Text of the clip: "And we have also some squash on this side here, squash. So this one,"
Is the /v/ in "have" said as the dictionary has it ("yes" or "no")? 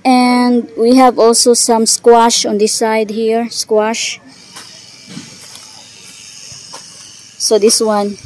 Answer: yes